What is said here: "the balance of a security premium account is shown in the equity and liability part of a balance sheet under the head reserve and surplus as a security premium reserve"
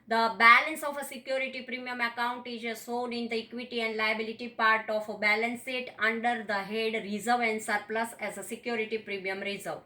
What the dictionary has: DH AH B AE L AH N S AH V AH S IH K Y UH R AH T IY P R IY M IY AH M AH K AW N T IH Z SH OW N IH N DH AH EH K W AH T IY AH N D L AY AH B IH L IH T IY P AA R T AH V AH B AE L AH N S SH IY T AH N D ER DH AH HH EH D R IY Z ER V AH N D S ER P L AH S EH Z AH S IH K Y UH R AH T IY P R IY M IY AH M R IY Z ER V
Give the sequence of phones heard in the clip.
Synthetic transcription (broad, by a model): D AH B AE L AH N S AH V AH S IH K Y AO R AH T IY P R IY M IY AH M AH K AW N T IH Z S OW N IH N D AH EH K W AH T IY AH N D L AY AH B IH L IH T IY P AA R T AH F AH B AE L AH N S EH T AH N D ER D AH HH EH D R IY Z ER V AH N D S ER P L AH S EH Z AH S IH K Y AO R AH T IY P R IY M IY AH M R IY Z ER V